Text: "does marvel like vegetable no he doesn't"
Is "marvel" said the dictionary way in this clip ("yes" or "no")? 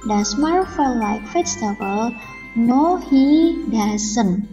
no